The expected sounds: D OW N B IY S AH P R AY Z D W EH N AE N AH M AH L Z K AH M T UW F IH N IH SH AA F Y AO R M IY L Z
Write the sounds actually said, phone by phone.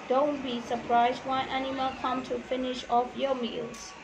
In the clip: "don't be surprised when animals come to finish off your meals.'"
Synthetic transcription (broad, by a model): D OW N B IY S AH P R AY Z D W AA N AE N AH M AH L K AH M T UW F IH N IH SH AA F Y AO M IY L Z